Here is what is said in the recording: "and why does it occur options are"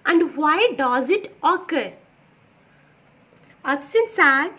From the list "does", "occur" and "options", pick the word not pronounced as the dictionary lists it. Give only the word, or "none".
options